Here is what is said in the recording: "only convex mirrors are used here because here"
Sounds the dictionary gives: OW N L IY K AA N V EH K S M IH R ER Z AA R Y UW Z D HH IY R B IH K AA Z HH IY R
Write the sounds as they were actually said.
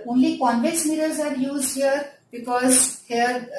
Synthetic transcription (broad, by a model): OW N L IY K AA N B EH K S M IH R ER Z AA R Y UW Z D HH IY R B IH K AA Z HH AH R